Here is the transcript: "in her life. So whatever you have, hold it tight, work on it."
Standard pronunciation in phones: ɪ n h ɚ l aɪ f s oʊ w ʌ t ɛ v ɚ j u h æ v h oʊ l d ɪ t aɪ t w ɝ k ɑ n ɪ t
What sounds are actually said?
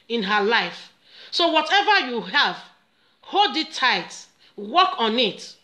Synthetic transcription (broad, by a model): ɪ n h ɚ l aɪ f s oʊ w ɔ t ɛ v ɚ j u h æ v h oʊ d ɪ t aɪ t w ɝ k ɑ n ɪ t